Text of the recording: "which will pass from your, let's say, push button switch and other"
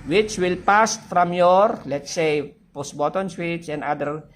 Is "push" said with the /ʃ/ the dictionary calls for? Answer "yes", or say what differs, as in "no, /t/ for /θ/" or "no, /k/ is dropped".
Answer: no, /s/ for /ʃ/